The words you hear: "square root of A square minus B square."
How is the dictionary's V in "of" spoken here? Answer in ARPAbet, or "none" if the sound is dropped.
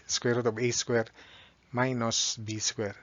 B